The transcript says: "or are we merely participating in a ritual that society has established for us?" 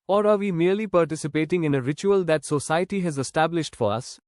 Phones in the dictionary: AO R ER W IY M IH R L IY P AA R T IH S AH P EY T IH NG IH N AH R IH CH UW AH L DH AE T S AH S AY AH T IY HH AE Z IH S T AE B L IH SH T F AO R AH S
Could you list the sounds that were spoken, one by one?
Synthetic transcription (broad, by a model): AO R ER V IY M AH R L IY P AA R T IH S AH P EY T IH NG IH N AH R IH CH UW AH L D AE T S AH S AY AH T IY HH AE Z IH S T AE B L IH SH T F AO R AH S